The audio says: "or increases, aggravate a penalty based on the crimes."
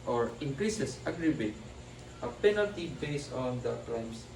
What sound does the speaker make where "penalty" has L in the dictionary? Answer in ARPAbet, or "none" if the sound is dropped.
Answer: L